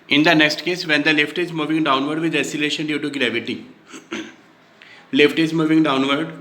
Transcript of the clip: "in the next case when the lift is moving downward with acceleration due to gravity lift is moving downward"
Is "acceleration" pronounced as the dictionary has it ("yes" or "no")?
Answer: no